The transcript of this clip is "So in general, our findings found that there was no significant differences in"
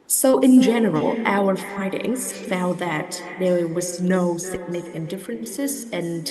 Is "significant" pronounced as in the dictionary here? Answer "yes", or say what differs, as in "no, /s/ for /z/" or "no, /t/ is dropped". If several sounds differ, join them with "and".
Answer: no, /f/ is dropped